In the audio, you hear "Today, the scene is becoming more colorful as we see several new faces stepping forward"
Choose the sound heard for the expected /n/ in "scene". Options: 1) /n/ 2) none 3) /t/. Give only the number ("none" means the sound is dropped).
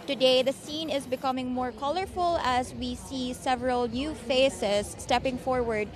1